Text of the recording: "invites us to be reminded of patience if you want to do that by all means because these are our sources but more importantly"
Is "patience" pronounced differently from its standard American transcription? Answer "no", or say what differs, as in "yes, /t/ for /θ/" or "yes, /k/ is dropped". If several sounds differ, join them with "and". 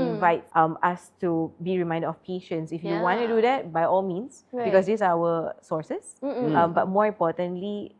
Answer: no